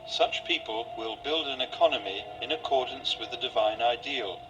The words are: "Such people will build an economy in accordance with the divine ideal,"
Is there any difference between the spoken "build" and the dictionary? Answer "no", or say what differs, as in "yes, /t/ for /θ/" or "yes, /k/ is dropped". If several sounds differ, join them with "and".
no